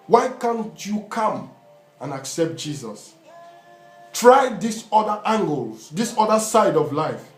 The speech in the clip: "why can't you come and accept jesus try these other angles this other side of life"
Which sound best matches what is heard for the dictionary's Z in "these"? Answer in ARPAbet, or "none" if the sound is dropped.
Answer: S